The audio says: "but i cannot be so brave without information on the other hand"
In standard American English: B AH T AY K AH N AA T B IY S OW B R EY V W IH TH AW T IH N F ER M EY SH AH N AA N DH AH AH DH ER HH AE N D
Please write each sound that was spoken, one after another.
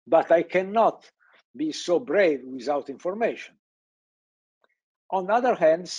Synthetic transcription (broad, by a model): B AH T AY K AH N AA T B IY S OW B R EY V W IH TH AW T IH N F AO M EY SH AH N AA N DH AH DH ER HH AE N D